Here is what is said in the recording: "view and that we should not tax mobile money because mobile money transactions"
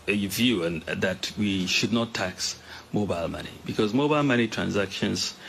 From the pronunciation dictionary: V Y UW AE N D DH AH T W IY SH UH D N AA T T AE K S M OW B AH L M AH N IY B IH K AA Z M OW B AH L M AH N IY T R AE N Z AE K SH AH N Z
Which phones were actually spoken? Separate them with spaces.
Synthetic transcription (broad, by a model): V Y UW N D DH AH T W IY SH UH D N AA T T AE K S M OW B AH L M AH N IY B IH K AA Z M OW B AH L M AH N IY T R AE N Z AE K SH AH N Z